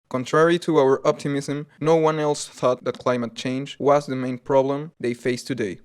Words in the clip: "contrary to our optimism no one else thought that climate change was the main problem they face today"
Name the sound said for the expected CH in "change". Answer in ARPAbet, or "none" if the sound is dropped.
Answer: CH